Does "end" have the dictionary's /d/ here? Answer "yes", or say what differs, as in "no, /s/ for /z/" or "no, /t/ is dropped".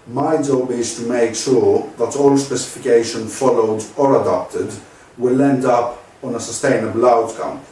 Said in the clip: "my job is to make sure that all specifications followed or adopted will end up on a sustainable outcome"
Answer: yes